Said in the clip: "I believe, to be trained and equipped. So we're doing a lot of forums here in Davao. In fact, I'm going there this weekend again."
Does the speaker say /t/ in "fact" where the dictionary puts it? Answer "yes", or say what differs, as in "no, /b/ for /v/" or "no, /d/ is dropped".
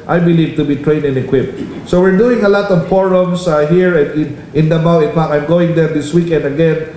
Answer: no, /t/ is dropped